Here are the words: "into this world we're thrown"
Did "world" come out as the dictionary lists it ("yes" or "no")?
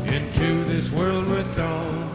yes